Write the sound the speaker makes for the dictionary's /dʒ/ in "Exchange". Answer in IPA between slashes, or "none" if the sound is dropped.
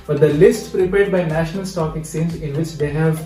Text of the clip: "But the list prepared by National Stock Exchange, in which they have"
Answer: /z/